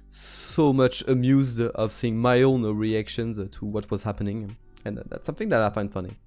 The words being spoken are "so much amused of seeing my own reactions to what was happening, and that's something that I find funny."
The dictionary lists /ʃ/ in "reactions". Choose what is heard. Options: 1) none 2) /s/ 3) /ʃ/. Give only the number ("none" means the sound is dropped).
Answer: 3